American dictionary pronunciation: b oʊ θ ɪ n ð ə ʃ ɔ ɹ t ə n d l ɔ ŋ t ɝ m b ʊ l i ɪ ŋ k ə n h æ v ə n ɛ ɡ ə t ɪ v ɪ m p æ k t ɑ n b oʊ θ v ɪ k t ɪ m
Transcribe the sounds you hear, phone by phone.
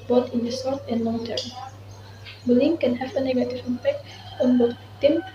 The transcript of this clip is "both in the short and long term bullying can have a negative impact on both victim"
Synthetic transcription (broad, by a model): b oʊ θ ɪ n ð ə s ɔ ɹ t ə n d l ɔ ŋ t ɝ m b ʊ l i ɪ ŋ k ə n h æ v ə n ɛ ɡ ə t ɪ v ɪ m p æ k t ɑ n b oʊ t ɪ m